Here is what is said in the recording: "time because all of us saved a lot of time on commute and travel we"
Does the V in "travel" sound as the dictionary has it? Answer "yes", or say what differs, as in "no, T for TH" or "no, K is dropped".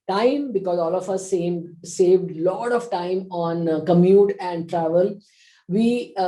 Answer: yes